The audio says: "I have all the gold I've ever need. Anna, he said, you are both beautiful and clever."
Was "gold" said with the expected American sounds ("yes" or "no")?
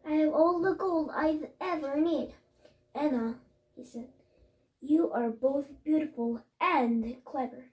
yes